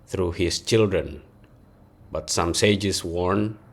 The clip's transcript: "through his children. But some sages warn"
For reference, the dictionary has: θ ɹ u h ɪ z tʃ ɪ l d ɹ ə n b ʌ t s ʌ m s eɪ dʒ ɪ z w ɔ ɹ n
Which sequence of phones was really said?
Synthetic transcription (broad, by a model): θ ɹ u h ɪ s tʃ ɪ l d ɹ ə n b ʌ t s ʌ m s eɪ dʒ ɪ s w ɔ ɹ n